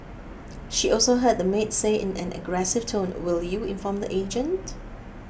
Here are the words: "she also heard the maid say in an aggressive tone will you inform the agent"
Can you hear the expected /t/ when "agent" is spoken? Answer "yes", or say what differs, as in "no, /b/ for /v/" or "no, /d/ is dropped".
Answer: yes